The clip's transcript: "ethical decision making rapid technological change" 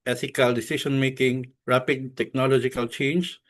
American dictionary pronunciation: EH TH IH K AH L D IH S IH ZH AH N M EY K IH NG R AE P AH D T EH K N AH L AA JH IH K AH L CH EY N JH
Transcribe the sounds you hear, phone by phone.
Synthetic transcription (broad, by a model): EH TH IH K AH L D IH S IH S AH N M EY K IH NG R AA P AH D T EH K N AH L AA JH IH K AH L CH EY N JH